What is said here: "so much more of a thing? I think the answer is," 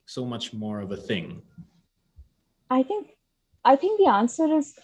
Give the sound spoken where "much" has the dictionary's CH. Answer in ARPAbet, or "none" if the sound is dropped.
CH